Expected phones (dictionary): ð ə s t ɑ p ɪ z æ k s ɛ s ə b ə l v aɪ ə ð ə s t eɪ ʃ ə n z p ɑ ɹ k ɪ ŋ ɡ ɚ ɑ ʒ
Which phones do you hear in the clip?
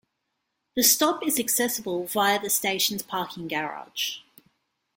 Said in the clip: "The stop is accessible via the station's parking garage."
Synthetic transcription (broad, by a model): ð ə s t ɑ p ɪ z æ k s ɛ s ə b ə l v aɪ ə ð ə s t eɪ ʃ ə n z p ɑ k ɪ ŋ ɡ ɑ ɑ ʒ